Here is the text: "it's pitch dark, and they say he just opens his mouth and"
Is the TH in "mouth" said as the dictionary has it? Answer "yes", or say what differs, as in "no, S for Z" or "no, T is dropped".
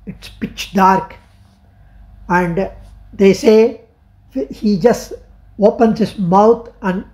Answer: no, T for TH